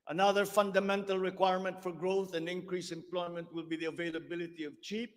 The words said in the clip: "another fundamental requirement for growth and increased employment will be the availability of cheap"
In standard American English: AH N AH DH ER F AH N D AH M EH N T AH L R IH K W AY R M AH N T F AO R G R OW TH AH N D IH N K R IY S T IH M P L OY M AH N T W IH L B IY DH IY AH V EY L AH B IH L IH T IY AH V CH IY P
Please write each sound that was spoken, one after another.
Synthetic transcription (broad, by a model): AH N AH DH ER F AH N D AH M EH N T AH L R IH K W AY R M AH N T F AO R G R OW TH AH N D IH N K R IY S IH M P L OY M AH N T W IH L B IY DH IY AH V EY L AH B IH L IH T IY AH V CH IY P